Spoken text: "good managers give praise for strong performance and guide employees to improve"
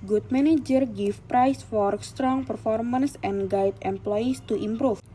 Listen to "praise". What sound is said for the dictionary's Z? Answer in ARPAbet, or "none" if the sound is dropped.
S